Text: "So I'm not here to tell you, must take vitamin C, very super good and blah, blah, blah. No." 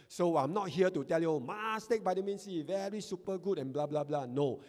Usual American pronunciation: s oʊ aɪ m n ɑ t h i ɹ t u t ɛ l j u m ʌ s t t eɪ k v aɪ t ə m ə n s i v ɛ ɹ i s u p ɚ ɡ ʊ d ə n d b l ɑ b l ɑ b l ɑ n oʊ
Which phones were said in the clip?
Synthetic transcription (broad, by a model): s oʊ aɪ m n ɑ t h i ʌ t u t ɛ l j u m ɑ s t t eɪ k b aɪ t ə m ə n s i v ɛ ɹ i s u p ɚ ɡ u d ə n b l ɑ b l ɑ b l ɑ n oʊ